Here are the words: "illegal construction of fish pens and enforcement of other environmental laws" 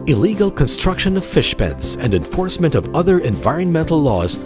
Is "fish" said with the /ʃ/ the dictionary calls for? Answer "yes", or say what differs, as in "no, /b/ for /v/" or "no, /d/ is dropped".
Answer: yes